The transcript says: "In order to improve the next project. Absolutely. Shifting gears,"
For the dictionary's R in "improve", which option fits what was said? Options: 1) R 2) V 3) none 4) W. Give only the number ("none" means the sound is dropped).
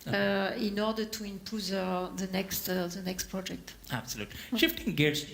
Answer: 3